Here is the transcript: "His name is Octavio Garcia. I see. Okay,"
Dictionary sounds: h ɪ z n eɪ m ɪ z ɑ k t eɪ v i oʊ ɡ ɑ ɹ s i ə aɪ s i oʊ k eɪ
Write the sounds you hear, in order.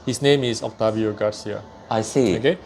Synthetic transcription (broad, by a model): h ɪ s n eɪ m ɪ s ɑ k t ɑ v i oʊ ɡ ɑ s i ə aɪ s i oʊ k eɪ